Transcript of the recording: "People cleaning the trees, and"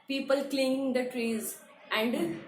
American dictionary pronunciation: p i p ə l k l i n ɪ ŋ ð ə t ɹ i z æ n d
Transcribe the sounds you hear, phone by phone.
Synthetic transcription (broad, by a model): p i p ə l k l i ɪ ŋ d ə t ɹ i z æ n d